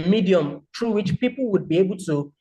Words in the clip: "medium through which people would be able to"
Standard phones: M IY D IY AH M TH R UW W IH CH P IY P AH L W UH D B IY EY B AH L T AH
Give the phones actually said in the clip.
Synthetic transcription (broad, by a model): M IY D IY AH M T R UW W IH CH P IY P AH L W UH D B IY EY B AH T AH